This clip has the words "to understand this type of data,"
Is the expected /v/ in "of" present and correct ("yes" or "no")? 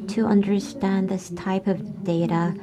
yes